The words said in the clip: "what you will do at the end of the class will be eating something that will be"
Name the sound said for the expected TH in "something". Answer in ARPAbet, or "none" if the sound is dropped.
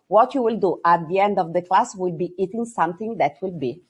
T